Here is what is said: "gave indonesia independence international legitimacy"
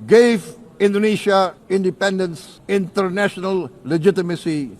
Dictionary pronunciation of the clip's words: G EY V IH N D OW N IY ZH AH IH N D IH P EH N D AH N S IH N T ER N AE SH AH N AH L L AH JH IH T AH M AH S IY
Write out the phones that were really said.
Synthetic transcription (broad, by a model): G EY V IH N D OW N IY SH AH IH N D IH P EH N D AH N S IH N T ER N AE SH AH N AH L L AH JH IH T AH M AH S IY